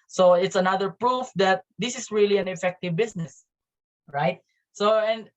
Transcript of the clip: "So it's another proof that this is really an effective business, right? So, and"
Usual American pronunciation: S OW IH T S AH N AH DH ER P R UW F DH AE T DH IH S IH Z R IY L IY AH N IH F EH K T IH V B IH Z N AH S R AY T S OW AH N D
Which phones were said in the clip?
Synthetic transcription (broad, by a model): S OW IH T S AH N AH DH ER P R UW F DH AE T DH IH S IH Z R IY L IY AH N IH F EH K T IH V B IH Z N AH S R AY T S OW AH N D